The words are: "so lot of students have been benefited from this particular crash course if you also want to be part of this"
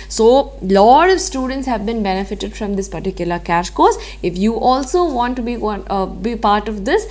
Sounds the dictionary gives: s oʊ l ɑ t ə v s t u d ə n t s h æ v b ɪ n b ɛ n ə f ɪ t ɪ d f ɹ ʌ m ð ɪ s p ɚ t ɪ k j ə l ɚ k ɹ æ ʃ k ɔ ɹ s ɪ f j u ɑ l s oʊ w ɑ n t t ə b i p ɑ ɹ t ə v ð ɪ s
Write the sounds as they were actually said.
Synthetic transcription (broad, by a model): s oʊ l ɑ t ə v s t u d ə n t s h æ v b ɪ n b ɛ n ə f ɪ t ɪ d f ɹ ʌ m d ɪ s p ɚ t ɪ k j ə l ɚ k æ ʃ k ɔ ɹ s ɪ f j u ɑ l s oʊ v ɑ n t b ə b i p ɑ ɹ t ə v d ɪ s